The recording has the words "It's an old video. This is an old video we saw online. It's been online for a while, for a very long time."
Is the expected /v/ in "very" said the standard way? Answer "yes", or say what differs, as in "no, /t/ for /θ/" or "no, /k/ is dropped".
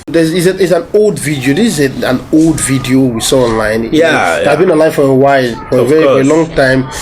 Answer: no, /f/ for /v/